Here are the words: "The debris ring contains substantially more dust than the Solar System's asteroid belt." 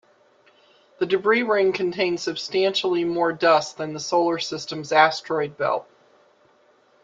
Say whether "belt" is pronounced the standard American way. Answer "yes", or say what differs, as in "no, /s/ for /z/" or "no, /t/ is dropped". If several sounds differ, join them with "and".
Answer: no, /t/ is dropped